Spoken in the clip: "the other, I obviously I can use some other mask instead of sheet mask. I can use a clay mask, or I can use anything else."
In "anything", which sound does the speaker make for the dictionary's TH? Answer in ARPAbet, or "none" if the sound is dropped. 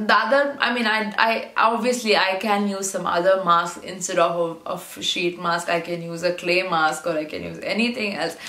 T